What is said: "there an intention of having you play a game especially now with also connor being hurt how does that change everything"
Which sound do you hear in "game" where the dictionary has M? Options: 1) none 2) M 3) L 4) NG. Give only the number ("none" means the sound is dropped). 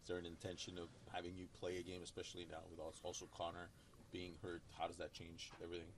2